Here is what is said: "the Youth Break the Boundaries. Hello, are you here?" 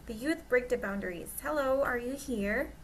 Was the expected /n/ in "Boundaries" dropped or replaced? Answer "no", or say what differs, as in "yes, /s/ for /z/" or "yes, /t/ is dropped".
no